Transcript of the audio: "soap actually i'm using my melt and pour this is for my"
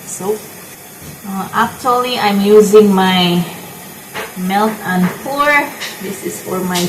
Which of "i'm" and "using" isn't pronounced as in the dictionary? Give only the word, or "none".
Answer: none